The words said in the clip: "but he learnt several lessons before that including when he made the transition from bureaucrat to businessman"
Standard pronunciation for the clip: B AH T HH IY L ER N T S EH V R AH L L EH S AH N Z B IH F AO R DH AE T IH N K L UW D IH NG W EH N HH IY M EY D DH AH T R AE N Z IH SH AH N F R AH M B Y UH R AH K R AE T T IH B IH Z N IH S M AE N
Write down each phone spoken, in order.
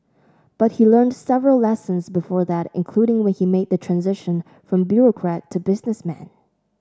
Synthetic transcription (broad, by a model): B AH T HH IY L ER N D S EH V R AH L L EH S AH N Z B IH F AO R DH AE T IH N K L UW D IH NG W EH N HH IY M EY D DH AH T R AE N Z IH SH AH N F R AH M B Y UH R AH K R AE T T IH B IH Z N IH S M AE N